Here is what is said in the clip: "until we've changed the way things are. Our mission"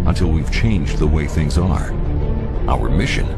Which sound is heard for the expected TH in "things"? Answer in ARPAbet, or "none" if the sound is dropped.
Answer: TH